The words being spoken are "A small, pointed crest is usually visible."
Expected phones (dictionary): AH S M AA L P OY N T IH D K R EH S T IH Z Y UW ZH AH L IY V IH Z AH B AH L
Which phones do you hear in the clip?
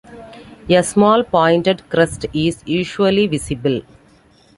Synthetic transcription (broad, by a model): AH S M AA L P OY N T IH D K R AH S T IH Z Y UW SH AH L IY V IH S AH B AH L